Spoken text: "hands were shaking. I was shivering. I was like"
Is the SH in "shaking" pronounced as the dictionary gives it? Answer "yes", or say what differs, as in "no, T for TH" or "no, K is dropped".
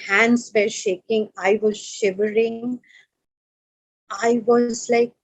yes